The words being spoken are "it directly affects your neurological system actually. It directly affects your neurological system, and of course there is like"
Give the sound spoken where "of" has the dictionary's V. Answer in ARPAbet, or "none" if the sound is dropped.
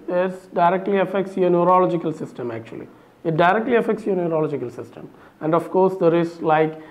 F